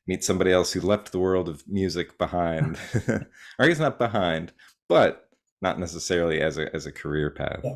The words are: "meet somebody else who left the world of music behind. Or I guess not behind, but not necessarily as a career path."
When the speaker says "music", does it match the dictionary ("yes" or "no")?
yes